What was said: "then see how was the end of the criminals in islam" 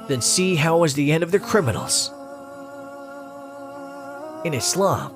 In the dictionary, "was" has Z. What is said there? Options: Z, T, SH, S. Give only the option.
Z